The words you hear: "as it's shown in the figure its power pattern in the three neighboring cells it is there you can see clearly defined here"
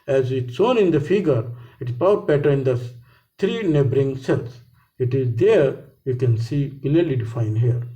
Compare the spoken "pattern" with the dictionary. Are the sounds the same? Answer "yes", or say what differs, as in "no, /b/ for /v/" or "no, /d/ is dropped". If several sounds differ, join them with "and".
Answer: no, /n/ is dropped